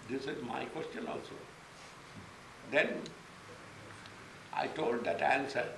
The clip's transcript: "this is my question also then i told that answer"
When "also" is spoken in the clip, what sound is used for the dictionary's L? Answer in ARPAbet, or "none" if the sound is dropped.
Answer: L